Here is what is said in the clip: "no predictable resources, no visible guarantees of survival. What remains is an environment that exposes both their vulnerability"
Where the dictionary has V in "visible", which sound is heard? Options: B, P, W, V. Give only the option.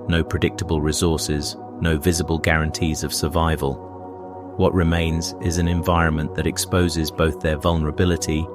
V